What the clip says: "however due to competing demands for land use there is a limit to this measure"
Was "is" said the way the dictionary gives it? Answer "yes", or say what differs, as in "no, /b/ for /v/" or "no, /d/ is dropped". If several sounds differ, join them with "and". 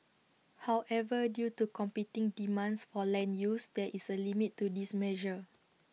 no, /s/ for /z/